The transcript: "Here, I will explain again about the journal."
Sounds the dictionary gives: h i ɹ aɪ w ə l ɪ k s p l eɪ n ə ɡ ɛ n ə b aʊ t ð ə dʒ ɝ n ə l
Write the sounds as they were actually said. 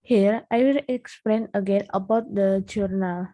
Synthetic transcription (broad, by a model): h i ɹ aɪ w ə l ɪ k s p l eɪ n ə ɡ ɛ n ə b aʊ t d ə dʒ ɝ n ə l